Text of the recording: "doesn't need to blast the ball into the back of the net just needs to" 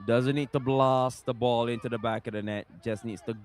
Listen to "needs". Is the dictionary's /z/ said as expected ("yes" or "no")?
no